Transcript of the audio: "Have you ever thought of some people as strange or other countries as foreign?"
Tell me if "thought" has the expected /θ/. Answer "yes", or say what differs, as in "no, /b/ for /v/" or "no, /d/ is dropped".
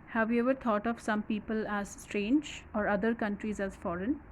no, /t/ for /θ/